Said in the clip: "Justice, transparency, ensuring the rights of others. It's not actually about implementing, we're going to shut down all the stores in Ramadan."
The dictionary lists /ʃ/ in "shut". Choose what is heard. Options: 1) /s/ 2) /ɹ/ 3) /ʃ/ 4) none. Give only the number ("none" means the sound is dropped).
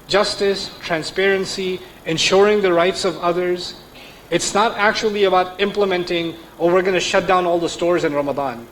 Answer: 3